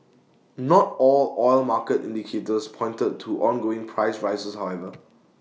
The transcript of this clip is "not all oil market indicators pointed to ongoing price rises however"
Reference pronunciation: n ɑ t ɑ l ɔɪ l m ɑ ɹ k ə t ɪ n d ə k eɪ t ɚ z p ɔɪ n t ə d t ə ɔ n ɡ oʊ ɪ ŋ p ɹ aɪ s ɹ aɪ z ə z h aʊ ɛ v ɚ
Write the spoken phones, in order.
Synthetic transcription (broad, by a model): n ɑ t ɑ l ɔɪ l m ɑ k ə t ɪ n d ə k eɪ t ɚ s p ɔɪ n t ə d t ɔ n ɡ oʊ ɪ ŋ p ɹ aɪ s ɹ aɪ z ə s h aʊ ɛ v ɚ